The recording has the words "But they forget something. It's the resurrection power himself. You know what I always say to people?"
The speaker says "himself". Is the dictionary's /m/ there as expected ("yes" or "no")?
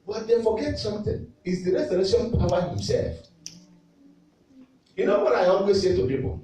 yes